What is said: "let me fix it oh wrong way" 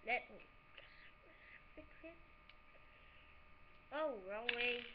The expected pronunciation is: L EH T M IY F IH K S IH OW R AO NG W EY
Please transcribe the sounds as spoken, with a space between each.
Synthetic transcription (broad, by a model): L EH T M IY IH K IH OW R AO NG W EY